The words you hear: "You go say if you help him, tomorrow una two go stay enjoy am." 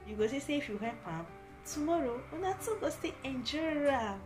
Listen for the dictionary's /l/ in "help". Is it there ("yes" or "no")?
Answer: no